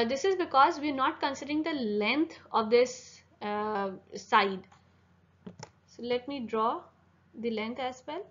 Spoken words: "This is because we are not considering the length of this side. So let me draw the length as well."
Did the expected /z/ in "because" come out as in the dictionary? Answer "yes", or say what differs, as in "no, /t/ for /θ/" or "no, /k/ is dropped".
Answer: yes